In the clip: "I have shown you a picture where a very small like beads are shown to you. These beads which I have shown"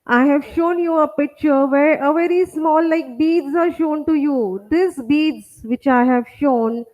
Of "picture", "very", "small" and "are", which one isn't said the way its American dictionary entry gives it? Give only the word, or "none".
none